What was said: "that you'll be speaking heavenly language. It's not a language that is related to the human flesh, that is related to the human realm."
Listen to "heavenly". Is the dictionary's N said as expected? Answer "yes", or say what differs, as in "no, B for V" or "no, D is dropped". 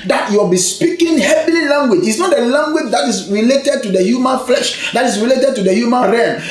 no, N is dropped